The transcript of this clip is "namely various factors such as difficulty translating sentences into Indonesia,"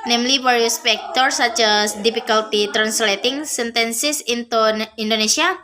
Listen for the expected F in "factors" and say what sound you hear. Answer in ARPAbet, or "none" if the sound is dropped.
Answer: P